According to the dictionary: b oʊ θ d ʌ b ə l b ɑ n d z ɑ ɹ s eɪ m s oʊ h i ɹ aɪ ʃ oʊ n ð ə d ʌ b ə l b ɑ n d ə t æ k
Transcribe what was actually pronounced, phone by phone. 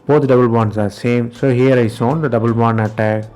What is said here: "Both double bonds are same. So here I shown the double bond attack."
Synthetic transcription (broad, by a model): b oʊ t d ʌ b ə l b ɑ n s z ɑ ɹ s eɪ m s oʊ h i ɹ aɪ s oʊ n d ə d ʌ b ə l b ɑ n ə t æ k